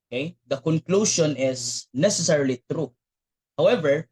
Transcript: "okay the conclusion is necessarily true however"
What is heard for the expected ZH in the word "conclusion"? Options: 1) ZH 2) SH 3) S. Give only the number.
2